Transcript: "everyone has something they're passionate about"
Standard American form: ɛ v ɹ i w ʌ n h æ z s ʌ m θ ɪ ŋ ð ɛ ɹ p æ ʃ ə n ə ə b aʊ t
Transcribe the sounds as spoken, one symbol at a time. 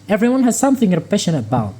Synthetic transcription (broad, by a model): ɛ v ɹ i w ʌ n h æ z s ʌ m θ ɪ ŋ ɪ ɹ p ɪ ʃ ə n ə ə b aʊ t